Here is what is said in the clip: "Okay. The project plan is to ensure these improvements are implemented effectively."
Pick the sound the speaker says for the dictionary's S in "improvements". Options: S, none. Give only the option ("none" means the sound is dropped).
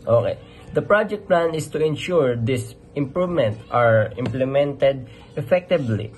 none